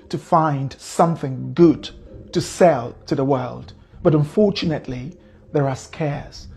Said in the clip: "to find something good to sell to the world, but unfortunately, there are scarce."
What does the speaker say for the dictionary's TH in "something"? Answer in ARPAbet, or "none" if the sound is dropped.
TH